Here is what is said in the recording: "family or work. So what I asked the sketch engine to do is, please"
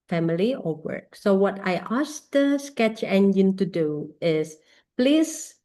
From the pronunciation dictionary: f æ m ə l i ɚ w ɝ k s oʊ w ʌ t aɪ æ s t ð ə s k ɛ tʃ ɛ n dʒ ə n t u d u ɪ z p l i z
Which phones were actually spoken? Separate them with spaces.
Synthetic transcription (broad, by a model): f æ m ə l i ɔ w ɝ k s oʊ w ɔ t aɪ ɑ s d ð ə s k ɛ tʃ ɛ n dʒ ə n t u d u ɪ s p l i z